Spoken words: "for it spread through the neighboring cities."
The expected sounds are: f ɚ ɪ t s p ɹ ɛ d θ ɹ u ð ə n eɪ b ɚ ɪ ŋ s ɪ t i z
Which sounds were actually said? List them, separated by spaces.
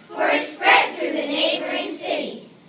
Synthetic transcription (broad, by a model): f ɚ ɪ t s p ɹ ɛ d θ ɹ u ð ə n eɪ b ɚ ɪ ŋ s ɪ t i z